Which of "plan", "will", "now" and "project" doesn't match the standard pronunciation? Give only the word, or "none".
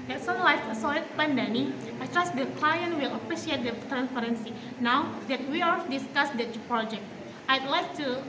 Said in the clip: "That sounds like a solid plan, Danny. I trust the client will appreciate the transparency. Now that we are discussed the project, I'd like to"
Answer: plan